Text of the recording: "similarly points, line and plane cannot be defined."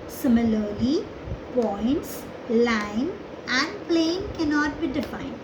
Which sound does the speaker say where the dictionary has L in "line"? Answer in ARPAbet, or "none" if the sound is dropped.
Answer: L